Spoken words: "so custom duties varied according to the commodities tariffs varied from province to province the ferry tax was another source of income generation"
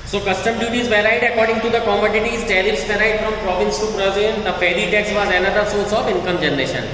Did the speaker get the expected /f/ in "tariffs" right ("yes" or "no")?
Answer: no